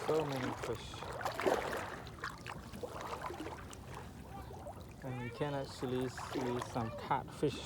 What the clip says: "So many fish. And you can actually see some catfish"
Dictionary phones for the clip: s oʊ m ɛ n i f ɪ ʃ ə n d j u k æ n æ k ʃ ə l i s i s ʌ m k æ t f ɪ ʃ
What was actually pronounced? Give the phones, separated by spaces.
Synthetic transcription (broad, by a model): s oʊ m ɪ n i f ɪ ʃ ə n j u k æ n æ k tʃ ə l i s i s ʌ m k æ t f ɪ ʃ